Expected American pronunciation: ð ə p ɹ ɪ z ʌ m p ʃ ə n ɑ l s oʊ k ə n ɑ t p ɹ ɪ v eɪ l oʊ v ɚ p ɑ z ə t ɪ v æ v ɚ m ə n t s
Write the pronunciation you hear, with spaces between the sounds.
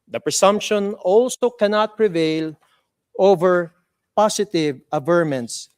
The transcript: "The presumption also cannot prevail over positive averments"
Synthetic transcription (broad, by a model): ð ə p ɹ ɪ s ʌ m p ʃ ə n ɑ l s oʊ k ə n ɑ t p ɹ ɪ v eɪ l oʊ v ɚ p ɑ s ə t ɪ v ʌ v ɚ m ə n t s